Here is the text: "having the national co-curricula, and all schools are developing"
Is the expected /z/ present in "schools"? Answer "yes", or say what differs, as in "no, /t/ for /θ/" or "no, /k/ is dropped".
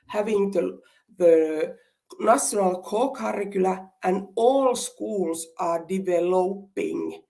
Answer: no, /s/ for /z/